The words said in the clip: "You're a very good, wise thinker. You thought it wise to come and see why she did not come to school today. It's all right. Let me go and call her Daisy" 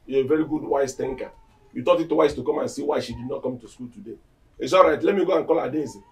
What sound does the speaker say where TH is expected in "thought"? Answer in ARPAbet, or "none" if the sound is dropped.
T